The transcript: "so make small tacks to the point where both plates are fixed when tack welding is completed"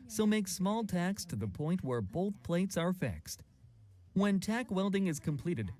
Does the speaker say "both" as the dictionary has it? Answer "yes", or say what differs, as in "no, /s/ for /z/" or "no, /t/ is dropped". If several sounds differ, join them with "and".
yes